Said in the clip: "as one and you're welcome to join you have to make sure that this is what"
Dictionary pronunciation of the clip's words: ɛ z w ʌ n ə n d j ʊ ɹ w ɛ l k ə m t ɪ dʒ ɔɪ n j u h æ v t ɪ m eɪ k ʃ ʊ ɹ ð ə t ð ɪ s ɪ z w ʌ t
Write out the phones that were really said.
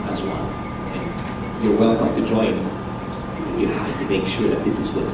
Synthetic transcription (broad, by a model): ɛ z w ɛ l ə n j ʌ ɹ w ɛ l k ə m t ɪ dʒ ɔɪ n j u h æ f t ɪ m eɪ k ʃ ʊ ɹ ð ə t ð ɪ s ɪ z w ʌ